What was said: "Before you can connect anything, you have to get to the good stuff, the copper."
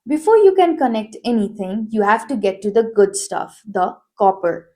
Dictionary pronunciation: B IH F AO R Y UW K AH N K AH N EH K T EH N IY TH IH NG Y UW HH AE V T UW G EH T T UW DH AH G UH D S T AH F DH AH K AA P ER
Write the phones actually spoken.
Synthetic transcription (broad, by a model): B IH F AO R Y UW K AH N K AH N EH K T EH N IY T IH NG Y UW HH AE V T UW G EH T T UW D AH G UH D S T AH F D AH K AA P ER